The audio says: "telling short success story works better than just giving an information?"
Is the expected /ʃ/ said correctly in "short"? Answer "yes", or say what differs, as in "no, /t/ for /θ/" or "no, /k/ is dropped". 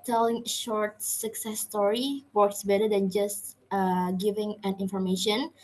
yes